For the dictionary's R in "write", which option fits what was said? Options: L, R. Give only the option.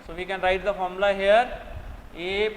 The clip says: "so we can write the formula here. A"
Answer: R